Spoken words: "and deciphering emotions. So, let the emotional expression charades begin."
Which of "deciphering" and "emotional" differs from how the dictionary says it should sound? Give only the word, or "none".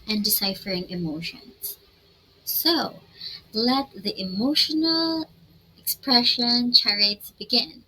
none